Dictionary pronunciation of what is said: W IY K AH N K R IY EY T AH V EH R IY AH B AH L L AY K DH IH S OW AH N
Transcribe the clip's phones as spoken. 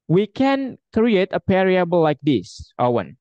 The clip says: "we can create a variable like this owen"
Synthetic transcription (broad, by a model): W IY K AH N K R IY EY T AH P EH R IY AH B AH L L AY K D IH S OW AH N